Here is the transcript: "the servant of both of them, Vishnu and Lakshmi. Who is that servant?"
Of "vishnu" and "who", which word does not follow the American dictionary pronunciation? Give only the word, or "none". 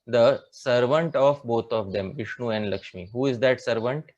none